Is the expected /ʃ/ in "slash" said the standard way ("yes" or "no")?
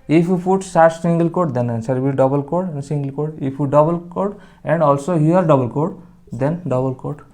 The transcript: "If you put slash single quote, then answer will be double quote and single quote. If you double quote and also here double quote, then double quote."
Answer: no